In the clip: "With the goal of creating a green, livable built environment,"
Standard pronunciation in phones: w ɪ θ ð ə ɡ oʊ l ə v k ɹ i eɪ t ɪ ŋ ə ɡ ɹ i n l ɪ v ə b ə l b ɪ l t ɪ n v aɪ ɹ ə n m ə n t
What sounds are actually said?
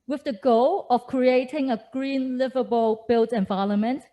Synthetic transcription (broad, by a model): w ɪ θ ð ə ɡ oʊ l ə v k ɹ i eɪ t ɪ ŋ ə ɡ ɹ i n l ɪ v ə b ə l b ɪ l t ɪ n v aɪ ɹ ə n m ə n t